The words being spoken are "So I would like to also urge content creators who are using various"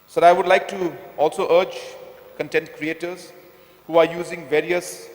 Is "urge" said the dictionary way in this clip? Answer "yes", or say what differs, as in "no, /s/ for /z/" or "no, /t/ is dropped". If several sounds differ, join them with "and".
yes